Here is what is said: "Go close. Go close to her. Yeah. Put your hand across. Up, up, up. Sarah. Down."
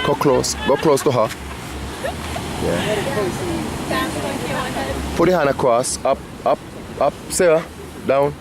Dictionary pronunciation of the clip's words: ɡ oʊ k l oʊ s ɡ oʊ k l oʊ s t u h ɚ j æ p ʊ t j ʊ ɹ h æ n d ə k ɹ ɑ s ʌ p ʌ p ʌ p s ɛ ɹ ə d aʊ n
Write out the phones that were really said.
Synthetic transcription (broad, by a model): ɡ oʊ k l oʊ s ɡ oʊ k l oʊ s t u h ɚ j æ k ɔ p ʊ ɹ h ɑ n ə k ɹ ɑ s ʌ p ʌ p ʌ p s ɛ ə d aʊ n